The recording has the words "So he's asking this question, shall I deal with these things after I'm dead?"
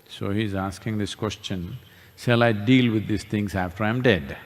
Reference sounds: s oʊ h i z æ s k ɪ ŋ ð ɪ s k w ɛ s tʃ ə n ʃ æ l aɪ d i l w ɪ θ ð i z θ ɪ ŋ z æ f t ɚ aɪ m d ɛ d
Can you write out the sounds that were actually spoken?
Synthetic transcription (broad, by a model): s oʊ h i z æ s k ɪ ŋ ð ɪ s k w ɛ s tʃ ə n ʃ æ l aɪ d i l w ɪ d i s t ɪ ŋ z æ f t ɚ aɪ m d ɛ d